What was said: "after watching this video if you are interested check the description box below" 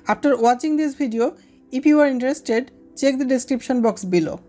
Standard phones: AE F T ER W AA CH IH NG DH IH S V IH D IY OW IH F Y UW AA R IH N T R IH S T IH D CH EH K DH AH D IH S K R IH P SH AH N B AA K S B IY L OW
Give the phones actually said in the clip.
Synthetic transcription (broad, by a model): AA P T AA W AA CH IH NG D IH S B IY D IY OW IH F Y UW AA R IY N T R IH S T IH D CH EH K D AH D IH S K R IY P SH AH N B AA K S B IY L OW